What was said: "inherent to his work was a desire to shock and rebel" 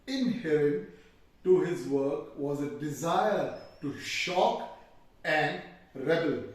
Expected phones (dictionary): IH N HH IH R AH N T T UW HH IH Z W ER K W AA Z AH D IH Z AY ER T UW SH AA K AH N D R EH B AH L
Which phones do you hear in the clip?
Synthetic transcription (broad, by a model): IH N HH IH R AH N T T UW HH IH Z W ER K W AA Z AH D IH Z AY ER T UW SH AA K AH N D R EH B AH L